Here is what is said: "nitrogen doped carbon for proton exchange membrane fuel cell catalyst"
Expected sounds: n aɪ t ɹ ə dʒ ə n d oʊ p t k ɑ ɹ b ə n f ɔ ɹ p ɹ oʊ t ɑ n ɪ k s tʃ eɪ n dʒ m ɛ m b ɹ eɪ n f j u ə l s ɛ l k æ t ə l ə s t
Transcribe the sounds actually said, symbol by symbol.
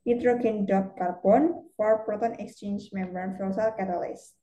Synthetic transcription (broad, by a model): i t ɹ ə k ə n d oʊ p k ɑ ɹ b ə n f ɔ ɹ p ɹ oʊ t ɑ n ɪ k s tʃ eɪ n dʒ m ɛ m b eɪ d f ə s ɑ l k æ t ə l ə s